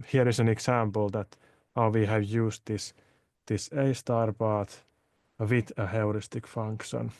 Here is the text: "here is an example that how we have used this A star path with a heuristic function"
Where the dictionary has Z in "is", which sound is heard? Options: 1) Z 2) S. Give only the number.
2